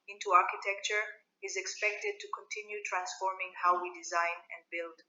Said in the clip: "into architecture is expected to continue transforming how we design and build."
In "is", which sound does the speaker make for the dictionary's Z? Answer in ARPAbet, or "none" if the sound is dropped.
Z